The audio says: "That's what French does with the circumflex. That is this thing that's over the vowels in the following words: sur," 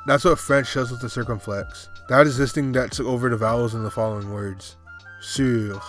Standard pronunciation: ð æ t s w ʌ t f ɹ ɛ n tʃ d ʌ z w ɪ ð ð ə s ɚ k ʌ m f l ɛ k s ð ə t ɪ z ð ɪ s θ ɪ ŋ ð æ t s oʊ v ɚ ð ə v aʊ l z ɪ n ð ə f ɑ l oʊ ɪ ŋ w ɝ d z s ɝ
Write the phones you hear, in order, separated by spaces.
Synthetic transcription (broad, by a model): ð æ t s w ʌ t f ɹ ɛ n tʃ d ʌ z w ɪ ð ð ə s ɚ k ʌ m f l ɛ k s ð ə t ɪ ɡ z ɪ s t ɪ ŋ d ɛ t s oʊ v ɚ ð ə v aʊ l z ɪ n ð ə f ɑ l oʊ ɪ ŋ w ɝ d z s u